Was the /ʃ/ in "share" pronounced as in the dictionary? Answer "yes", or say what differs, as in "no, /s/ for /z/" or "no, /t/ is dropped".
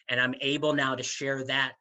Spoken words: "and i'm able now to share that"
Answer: yes